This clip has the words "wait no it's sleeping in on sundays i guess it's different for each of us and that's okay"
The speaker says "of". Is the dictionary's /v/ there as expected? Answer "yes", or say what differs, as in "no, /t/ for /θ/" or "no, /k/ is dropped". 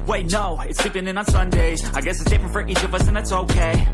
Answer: yes